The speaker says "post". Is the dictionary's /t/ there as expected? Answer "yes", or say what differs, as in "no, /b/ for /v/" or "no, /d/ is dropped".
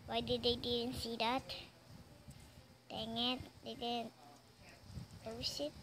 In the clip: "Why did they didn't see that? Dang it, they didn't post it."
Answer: no, /t/ is dropped